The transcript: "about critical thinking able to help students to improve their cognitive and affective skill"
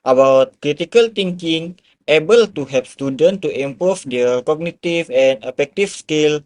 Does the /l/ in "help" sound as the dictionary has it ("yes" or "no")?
no